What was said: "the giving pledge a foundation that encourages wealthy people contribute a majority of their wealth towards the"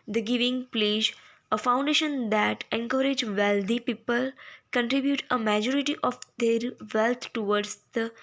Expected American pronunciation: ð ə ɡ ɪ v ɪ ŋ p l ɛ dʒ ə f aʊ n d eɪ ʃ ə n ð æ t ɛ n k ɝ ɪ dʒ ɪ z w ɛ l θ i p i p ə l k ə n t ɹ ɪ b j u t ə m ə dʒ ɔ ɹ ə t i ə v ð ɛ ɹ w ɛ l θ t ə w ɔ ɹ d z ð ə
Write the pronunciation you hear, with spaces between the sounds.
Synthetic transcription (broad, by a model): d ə ɡ ɪ v ɪ ŋ p l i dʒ ə f aʊ n d eɪ ʃ ə n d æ t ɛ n k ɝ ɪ dʒ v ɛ l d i p i p ə l k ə n t ɹ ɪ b j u t ə m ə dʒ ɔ ɹ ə t i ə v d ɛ ɹ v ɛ l t t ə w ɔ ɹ d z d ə